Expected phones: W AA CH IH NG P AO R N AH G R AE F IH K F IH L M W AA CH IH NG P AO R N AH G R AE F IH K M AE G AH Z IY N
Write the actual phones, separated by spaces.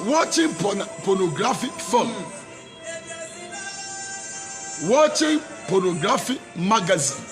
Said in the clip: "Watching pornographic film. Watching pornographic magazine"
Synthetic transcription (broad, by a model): W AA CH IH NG P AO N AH G R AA F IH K F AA M W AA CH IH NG P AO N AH G R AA F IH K M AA G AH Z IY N